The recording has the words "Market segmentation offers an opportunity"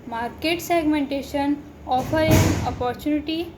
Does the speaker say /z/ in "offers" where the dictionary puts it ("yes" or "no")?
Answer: no